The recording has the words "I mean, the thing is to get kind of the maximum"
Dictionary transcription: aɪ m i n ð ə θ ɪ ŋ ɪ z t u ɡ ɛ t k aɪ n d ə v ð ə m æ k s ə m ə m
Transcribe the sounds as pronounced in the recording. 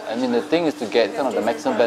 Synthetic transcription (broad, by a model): aɪ m i n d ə t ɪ ŋ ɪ s t u ɡ ɛ t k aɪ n ə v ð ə m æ k s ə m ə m